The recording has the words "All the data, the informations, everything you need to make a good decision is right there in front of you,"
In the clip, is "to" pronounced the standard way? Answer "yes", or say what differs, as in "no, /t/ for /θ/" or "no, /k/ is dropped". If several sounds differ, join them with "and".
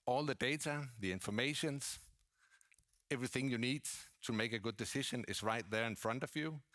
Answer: yes